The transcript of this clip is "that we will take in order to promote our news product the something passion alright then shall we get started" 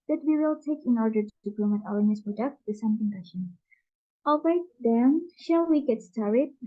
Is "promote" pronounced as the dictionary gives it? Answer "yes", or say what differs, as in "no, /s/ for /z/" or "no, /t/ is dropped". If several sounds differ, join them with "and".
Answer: no, /l/ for /ɹ/